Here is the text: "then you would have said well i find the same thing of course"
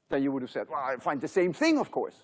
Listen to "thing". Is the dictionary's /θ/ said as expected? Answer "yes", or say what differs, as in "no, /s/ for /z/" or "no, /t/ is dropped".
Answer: yes